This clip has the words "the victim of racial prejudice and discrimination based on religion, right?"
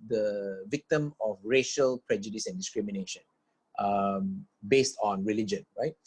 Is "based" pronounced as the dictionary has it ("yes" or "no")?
yes